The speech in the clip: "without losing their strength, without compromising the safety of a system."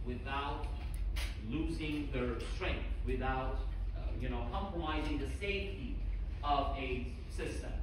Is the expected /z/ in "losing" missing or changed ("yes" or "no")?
no